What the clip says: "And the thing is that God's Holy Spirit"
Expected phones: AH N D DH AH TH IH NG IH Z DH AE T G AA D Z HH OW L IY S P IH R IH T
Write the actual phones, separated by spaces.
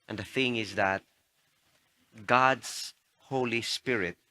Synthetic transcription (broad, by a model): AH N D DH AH TH IH NG IH Z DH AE T G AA D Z HH OW L IY S P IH R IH T